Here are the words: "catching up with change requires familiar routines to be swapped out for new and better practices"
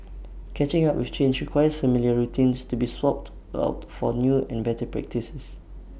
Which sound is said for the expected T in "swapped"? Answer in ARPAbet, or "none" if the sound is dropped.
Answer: T